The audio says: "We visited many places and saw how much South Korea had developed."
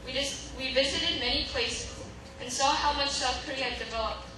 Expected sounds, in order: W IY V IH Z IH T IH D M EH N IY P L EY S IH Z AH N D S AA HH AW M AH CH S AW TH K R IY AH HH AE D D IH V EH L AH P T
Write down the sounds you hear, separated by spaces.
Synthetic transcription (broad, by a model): W IY V IH Z IH T IH D M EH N IY P L EY S IH Z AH N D S AA HH AW M AH CH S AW F K R IY AH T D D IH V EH L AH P